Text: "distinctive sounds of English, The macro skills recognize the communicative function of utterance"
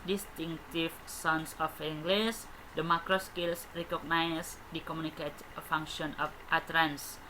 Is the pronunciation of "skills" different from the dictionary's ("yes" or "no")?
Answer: yes